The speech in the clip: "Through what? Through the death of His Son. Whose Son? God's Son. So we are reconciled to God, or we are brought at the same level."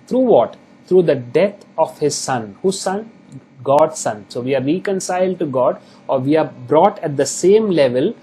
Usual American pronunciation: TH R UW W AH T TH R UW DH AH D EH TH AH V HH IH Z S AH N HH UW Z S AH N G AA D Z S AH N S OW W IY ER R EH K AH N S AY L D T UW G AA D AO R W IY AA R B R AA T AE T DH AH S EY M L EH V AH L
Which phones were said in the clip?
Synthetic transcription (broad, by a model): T R UW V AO T T R UW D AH D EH T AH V HH IH Z S AH N HH UW Z S AH N G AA D S AH N S OW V IY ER R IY K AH N S AY L D T UW G AA D AO R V IY AA R B R AA T AE T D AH S EY M L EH V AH L